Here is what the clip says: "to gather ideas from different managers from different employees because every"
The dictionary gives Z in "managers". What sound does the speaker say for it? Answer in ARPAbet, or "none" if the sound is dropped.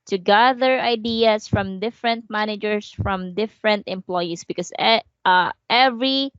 S